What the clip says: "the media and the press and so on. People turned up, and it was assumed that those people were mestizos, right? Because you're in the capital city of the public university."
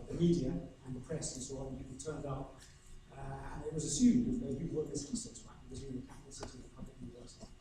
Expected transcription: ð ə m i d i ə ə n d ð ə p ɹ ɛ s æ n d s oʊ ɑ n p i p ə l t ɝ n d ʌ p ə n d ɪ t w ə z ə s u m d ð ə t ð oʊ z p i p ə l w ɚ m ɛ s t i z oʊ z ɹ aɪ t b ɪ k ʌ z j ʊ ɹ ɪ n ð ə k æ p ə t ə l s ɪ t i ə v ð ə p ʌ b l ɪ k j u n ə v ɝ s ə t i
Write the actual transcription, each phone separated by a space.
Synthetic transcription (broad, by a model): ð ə m i d i ə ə n ð ə p ɹ ɛ s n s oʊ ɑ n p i ə t ɝ n d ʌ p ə n ɪ t w ə z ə s u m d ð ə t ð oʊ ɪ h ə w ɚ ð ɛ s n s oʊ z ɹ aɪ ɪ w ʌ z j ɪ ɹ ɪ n ð ə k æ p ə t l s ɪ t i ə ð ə p ʌ b l ɪ k j u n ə v ɝ s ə t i